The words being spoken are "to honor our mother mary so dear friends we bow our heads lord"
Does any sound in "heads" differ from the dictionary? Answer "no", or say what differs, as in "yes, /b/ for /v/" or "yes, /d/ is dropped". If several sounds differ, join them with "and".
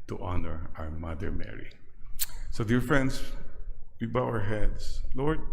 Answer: yes, /s/ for /z/